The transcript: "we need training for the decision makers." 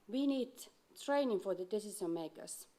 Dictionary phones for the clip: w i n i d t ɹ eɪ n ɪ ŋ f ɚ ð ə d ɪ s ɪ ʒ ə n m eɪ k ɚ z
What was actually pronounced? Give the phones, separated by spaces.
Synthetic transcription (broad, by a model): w i n i d t ɹ eɪ n ɪ ŋ f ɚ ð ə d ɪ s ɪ s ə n m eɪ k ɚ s